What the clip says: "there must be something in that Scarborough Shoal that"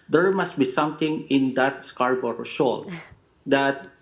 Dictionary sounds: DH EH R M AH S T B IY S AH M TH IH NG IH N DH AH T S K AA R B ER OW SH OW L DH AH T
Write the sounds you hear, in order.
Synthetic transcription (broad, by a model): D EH R M AH S T B IY S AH M T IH NG IH N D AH T S K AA R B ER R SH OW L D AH T